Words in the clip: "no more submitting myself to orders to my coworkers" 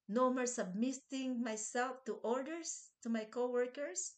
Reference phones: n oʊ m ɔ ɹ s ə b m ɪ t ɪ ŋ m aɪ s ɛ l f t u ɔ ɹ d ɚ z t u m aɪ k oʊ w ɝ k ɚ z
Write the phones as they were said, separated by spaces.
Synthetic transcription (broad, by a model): n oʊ m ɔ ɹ s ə b m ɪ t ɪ ŋ m aɪ s ɛ l f t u ɔ ɹ d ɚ s t u m aɪ k oʊ w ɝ k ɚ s